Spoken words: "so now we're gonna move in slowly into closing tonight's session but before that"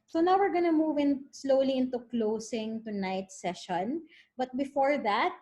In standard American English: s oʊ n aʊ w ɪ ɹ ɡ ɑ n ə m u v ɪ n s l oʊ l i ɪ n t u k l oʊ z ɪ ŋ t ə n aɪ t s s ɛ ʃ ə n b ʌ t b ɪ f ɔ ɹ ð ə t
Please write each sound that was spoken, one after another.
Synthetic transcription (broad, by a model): s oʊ n aʊ w ɪ ɹ ɡ ɑ n ə m u v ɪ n s l oʊ l i ɪ n t u k l oʊ s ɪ ŋ t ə n aɪ t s s ɛ ʃ ə n b ʌ t b ɪ f ɔ ɹ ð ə t